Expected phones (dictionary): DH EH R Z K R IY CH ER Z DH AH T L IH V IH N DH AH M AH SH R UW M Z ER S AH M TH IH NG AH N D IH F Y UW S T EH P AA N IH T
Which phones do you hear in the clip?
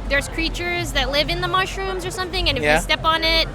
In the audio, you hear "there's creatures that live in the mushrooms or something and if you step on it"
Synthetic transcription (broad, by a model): DH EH R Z K R IY CH ER Z DH AH T L IH V IH N DH AH M AH SH R UW M Z ER S AH M TH IH NG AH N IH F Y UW S T EH P N IH T